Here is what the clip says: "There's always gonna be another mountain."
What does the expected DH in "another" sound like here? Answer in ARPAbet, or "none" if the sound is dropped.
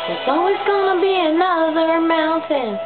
DH